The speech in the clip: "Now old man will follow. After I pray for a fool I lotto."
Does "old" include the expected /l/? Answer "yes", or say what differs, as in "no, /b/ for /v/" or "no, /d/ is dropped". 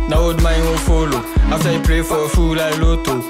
no, /l/ is dropped